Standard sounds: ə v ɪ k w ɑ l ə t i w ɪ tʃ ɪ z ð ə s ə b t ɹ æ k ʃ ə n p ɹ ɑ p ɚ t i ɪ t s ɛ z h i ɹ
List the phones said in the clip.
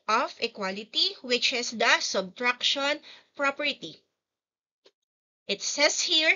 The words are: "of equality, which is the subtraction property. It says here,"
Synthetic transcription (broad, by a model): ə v ɪ k w ɑ l ə t i w ɪ tʃ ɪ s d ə s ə b t ɹ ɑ k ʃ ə n p ɹ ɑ p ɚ t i ɪ t s ɛ s h i ɹ